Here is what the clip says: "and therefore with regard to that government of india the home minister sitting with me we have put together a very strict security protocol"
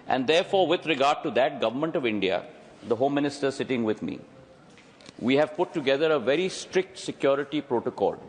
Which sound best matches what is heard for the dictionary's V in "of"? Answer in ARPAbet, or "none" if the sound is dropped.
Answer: V